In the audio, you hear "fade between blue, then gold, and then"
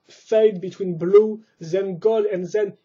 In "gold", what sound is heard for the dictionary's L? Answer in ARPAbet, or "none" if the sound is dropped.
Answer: none